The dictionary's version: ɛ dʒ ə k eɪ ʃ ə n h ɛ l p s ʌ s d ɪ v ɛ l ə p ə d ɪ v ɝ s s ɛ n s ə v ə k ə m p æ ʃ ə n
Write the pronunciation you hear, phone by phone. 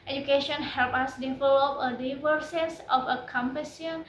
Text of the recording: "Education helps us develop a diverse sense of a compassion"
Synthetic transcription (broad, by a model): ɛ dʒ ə k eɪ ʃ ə n h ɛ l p ɑ s d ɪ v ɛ l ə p ə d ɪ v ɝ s s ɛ s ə f ə k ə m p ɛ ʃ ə n